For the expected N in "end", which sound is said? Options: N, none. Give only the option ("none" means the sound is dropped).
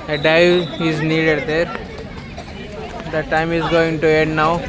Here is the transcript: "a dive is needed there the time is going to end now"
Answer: none